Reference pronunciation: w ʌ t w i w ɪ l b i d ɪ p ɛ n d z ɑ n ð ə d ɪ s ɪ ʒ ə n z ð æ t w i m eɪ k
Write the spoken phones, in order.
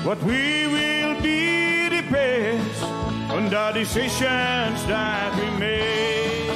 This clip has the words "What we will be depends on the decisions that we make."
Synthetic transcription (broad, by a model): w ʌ t w i w ɪ l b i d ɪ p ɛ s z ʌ n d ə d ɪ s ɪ ʃ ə n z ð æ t w i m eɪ